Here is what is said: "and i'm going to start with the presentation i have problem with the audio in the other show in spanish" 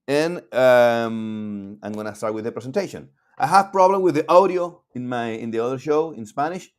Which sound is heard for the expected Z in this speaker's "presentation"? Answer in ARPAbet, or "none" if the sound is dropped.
S